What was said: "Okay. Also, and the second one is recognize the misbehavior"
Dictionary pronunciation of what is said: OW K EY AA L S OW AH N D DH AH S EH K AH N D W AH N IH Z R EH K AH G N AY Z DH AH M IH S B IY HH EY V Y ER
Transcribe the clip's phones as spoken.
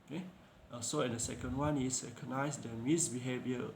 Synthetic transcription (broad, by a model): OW K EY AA S OW AH N D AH S EH K AH N D W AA N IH S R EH K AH N AY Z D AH M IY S B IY HH EY V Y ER